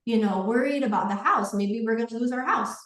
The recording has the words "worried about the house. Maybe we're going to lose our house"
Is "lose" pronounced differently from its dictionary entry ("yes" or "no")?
no